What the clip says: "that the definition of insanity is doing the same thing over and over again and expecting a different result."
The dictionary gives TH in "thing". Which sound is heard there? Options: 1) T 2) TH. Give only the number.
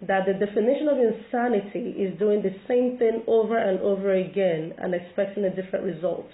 2